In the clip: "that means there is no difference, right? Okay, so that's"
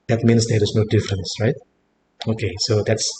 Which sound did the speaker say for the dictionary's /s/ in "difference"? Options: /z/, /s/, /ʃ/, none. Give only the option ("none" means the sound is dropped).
/s/